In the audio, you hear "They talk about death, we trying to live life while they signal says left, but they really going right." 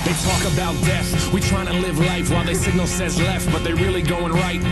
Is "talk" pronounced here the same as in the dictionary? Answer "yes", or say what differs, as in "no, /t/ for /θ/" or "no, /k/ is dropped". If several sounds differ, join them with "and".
yes